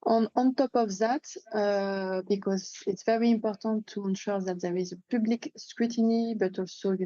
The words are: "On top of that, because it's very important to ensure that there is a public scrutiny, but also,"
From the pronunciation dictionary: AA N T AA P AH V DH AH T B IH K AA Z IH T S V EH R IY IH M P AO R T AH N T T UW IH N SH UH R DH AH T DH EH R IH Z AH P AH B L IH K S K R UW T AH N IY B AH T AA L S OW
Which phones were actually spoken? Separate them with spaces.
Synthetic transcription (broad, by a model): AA N T AA P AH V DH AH T B IH K AA Z IH T S V EH R IY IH M P AO R T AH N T T UW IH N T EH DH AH T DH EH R IH Z AH P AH B L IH K S K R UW T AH N IY B AH T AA L S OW